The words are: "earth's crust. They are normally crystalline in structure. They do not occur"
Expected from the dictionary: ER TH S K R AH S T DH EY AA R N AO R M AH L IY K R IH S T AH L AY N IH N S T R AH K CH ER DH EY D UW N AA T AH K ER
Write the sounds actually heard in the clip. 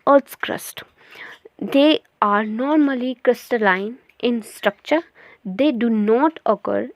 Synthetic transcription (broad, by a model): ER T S K R AH S T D EY AA R N AO R M AH L IY K R IH S T AH L AY N IH N S T R AH K CH ER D EY D UW N AA T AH K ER